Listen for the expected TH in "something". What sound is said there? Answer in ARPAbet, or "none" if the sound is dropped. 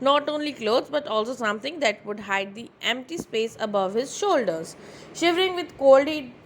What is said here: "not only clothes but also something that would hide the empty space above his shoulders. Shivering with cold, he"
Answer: T